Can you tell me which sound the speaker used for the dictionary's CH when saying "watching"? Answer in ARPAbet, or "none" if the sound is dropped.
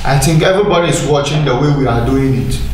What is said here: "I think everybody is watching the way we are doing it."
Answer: CH